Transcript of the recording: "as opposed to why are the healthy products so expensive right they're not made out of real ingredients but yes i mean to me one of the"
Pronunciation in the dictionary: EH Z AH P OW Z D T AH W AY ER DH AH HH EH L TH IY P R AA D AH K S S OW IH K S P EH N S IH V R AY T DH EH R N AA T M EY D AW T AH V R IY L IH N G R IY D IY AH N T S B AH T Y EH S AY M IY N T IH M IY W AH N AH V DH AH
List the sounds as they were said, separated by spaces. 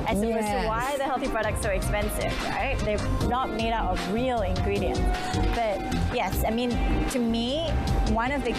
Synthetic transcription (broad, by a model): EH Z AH OW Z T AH W AY DH AH HH EH L TH IY P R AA D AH K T S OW IH K S P EH N S IH V R AY T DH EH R N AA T M EY D AW T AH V R IY L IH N G R IY D IY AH N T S B AH T Y EH S AY M IY N T IH M IY W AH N AH V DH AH